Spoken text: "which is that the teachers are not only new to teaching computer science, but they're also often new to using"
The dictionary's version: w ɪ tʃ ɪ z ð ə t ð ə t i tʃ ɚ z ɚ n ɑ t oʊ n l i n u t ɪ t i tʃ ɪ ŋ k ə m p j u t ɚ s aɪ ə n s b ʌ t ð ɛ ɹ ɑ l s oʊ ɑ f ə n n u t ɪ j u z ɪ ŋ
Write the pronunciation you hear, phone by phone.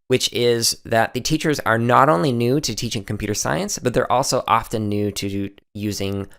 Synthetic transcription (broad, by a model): w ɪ tʃ ɪ z ð ə t ð ə t i tʃ ɚ z ɚ n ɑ t oʊ n l i n u t ɪ t i tʃ ɪ ŋ k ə m p j u t ɚ s aɪ ə n s b ʌ t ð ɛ ɹ ɑ l s oʊ ɑ f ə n n u t ɪ j u z ɪ ŋ